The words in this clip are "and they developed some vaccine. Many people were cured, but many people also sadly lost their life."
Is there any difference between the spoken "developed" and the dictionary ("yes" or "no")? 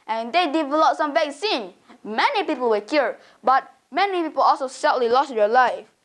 no